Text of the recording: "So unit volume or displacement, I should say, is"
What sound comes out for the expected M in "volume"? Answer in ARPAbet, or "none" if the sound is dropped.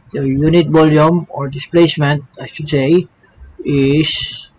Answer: M